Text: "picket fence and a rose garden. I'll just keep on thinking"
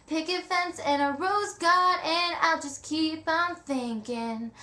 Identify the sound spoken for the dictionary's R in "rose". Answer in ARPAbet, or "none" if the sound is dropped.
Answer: R